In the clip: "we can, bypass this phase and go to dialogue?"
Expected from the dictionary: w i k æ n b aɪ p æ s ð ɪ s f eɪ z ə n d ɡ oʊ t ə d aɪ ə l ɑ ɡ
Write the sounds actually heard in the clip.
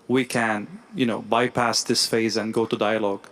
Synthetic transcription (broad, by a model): w i k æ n b aɪ p æ s ð ɪ s f eɪ z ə n ɡ oʊ t ə d aɪ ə l ɑ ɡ